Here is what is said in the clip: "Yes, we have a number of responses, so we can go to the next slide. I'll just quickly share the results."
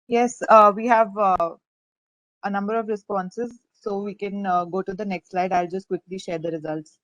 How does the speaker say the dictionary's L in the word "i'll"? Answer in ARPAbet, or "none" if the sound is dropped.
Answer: L